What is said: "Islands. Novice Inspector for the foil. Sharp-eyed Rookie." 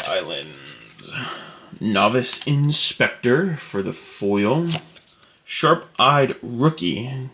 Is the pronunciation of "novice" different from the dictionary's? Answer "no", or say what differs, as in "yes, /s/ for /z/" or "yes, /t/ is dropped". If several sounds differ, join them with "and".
no